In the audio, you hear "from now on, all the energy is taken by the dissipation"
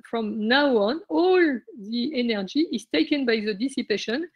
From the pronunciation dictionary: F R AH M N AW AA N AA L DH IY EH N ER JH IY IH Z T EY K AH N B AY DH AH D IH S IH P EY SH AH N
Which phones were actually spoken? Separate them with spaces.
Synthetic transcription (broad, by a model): F R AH M N AW AA N AA L DH IY EH N ER JH IY IH Z T EY K AH N B AY DH AH D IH S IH P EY SH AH N